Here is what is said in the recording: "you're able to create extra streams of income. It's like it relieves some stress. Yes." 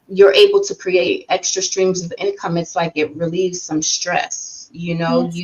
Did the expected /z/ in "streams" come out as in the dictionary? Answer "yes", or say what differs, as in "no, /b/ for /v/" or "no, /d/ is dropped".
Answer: yes